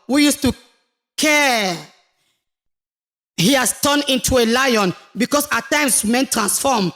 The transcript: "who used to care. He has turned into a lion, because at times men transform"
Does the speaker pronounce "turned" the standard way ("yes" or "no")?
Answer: no